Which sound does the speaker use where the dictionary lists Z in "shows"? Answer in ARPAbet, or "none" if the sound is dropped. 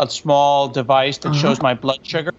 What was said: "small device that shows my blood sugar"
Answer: Z